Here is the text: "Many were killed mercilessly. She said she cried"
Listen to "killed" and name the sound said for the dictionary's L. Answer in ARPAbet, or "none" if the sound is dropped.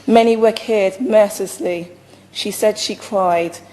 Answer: none